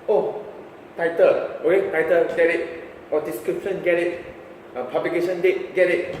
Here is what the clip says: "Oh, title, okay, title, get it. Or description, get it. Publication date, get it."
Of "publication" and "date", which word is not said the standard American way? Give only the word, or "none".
publication